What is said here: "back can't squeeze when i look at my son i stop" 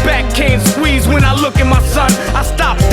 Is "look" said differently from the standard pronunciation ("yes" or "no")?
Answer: no